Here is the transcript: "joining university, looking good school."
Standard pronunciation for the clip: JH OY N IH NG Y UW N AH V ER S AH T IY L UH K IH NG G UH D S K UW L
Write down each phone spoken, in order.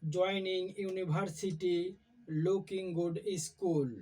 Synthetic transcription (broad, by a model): JH OY N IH NG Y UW N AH B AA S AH T IY L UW K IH NG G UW D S K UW L